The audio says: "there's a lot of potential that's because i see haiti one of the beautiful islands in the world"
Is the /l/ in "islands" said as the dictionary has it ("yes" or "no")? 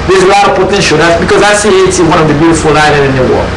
no